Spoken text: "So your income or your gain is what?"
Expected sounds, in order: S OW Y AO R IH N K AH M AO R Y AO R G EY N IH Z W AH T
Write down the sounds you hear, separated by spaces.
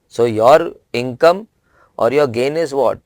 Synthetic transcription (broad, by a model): S OW Y AO R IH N K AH M AO R Y AO R G EY N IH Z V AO T